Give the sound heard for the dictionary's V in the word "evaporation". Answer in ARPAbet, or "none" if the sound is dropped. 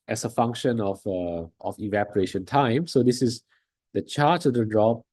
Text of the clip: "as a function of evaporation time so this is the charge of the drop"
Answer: V